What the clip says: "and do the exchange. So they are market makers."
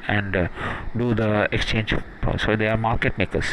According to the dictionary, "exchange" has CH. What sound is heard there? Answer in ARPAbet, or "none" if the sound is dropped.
CH